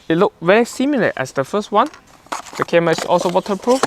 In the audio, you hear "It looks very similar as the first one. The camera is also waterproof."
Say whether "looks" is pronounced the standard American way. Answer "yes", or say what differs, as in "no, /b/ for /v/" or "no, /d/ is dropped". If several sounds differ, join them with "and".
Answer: no, /s/ is dropped